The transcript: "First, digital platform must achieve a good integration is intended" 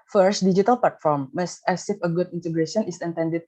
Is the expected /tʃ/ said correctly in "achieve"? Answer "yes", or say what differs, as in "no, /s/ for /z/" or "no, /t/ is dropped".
no, /s/ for /tʃ/